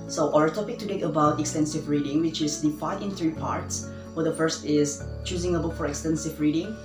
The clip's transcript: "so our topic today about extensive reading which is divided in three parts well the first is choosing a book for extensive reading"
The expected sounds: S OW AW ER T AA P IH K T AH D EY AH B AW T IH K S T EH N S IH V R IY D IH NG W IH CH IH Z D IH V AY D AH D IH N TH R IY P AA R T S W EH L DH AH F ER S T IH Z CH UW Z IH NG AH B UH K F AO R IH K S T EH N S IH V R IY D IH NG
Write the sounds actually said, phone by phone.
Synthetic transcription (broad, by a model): S OW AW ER T AA P IH K T AH D EY AH B AW T IH K S T EH N S IH V R IY D IH NG W IH CH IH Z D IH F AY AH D IH N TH R IY P AA R T S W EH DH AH F ER S T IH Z CH UW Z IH NG AH B UH K F AO R IH K S T EH N S IH V R IY D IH NG